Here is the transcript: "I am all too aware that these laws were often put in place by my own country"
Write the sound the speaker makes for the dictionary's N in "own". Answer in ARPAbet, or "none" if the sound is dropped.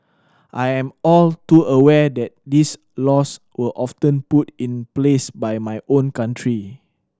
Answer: N